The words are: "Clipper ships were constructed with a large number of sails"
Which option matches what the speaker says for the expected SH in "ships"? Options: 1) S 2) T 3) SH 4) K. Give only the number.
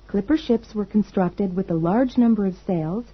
3